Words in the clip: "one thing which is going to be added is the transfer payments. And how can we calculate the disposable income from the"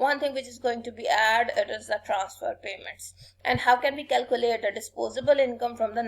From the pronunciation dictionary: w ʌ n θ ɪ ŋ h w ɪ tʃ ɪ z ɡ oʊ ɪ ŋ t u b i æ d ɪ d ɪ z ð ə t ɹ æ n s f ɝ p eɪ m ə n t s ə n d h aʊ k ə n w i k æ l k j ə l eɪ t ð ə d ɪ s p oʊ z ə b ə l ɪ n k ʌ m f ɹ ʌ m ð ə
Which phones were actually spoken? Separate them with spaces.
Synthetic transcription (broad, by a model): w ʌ n t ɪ ŋ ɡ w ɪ tʃ ɪ z ɡ oʊ ɪ ŋ t u b i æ d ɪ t ɪ z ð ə t ɹ æ n s f ɝ p eɪ m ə n t s ə n d h aʊ k ə n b i k æ l k j ə l eɪ t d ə d ɪ s p oʊ z ə b ə l ɪ n k ʌ m f ɹ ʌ m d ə